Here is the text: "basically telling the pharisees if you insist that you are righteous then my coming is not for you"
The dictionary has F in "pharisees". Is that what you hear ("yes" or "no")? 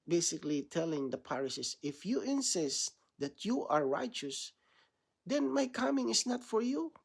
no